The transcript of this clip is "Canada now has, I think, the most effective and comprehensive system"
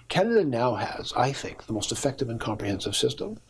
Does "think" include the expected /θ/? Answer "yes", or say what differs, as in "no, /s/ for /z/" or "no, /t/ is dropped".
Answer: yes